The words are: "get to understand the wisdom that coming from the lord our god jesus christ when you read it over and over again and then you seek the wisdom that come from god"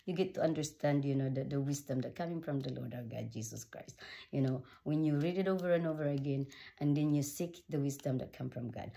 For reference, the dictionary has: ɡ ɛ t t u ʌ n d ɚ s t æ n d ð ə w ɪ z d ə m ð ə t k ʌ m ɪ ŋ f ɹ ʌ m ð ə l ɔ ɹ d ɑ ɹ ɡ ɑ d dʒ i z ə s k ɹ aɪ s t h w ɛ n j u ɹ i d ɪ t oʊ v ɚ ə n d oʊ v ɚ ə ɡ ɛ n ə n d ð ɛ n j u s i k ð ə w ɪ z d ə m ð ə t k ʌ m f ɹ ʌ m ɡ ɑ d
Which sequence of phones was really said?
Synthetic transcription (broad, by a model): ɡ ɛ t t u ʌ n d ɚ s t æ n d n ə w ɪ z d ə m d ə t k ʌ m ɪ ŋ f ɹ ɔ m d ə l ɔ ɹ d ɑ w ɡ ɑ d dʒ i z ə s k ɹ aɪ s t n w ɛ n j u ɹ i d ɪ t oʊ v ɚ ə n oʊ v ɚ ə ɡ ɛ n ə n d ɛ n j u s i k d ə w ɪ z d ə m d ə t k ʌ m f ɹ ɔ m ɡ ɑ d